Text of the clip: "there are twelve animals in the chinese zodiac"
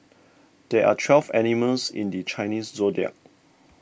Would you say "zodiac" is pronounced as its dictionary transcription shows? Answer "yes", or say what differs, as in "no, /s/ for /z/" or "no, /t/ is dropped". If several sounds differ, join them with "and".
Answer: no, /k/ is dropped